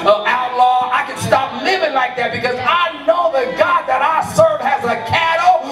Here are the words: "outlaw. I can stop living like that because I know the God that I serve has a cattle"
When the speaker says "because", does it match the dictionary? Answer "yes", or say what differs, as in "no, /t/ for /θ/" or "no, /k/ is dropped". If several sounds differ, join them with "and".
yes